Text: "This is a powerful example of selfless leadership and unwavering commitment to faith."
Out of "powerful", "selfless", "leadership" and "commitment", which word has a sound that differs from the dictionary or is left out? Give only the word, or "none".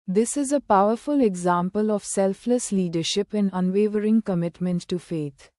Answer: none